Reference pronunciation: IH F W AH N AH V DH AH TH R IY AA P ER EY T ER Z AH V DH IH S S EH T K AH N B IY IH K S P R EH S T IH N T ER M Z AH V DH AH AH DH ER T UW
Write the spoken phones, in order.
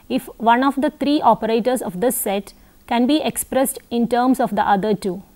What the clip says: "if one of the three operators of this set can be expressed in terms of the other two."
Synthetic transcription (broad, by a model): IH F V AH N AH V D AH T R IY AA P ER EY T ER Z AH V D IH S S EH T K AH N B IY IH K S P R EH S T IH N T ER M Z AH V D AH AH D ER T UW